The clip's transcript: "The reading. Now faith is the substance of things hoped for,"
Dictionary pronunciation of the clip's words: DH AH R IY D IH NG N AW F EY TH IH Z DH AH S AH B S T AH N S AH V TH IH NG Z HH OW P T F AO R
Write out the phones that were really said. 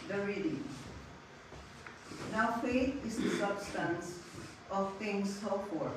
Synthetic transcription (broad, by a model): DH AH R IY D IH N AW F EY T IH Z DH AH S AH B S T AH N S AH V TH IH NG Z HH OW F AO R